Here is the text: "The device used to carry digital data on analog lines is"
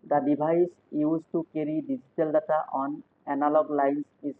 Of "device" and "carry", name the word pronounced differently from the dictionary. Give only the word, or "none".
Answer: device